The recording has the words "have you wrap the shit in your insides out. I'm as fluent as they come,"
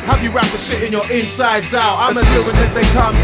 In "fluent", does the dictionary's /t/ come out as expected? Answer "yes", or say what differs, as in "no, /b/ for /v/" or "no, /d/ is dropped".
no, /t/ is dropped